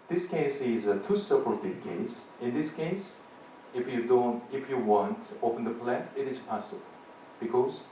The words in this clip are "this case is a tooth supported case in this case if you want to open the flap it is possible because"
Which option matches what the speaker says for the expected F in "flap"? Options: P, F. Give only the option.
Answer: P